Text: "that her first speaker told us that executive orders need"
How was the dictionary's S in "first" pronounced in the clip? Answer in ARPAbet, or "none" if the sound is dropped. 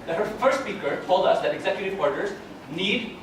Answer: S